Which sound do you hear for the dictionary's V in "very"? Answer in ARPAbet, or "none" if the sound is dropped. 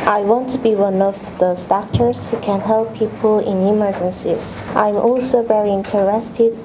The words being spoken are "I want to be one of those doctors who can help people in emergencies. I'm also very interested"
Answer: V